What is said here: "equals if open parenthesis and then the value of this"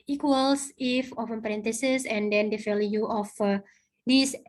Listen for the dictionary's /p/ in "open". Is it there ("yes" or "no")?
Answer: no